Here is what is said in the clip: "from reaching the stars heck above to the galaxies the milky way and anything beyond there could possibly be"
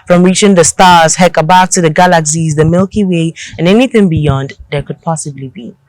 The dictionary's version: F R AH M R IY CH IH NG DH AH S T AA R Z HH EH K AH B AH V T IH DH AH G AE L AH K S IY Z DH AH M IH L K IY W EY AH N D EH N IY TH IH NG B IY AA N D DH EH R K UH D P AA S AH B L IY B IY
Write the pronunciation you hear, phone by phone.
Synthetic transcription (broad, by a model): F R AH M R IY CH IH NG DH AH S T AA R Z HH EH K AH B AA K T IH DH AH G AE L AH K S IY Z DH AH M IH L K IY W EY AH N EH N IY TH IH NG B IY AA N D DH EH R K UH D P AA S AH B L IY B IY